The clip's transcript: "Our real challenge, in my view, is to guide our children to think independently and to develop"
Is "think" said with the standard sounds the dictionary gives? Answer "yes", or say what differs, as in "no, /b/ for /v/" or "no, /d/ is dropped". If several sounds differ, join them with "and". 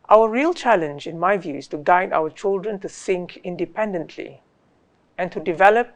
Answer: no, /s/ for /θ/